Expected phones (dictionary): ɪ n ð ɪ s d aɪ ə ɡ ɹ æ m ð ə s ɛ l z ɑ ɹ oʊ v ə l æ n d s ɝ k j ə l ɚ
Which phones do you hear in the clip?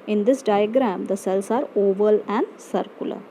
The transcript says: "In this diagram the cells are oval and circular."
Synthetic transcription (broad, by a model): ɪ n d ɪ s d aɪ ə ɡ ɹ æ m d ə s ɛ l s ɑ ɹ oʊ v ə l æ n d s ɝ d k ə l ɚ